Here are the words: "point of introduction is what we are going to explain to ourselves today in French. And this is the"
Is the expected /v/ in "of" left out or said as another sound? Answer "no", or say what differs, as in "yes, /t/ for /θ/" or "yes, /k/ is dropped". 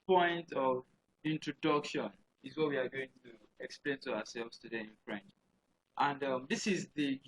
no